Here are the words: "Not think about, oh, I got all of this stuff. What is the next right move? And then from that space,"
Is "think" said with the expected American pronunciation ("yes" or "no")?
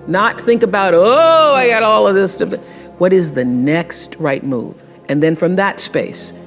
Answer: yes